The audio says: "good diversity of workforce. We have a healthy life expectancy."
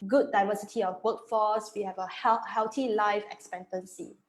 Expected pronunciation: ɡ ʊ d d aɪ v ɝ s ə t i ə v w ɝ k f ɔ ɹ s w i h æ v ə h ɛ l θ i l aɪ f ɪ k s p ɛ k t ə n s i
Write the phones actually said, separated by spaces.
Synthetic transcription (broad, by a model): ɡ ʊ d d aɪ v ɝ s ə t i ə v w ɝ k f ɔ s w i h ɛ v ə h ɛ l t i l aɪ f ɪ k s p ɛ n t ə n s i